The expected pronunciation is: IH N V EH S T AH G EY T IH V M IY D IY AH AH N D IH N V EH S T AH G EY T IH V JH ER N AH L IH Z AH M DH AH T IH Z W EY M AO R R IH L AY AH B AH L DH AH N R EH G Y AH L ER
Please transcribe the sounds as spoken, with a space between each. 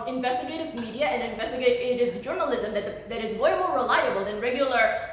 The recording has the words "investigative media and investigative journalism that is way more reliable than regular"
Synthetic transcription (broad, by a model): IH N V EH S T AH G EY T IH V M IY D IY AH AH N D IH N V EH S T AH G EY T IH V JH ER N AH L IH Z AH M DH AH T IH Z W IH M AO R R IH L AY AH B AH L DH AH N R EH G Y L ER